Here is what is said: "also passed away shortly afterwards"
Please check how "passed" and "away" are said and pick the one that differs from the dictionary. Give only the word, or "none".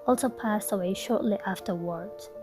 none